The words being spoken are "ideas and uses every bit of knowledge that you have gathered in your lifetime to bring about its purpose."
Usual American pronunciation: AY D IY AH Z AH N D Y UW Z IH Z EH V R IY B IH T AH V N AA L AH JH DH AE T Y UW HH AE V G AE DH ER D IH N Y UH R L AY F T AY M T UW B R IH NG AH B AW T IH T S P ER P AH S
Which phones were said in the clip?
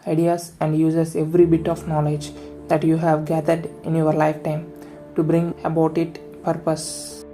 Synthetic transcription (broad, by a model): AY D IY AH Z AH N D Y UW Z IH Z EH V R IY B IH T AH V N AA L AH JH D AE T Y UW HH AE V G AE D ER D IH N Y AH R L AY F T AY M T UW B R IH NG AH B AW T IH T P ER P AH S